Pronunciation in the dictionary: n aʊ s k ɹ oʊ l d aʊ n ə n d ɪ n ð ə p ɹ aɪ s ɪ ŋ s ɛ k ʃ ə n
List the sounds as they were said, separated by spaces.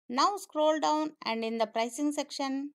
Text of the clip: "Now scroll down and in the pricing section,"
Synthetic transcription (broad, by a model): n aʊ s k ɹ oʊ l d aʊ n ə n d ɪ n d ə p ɹ aɪ s ɪ ŋ s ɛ k ʃ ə n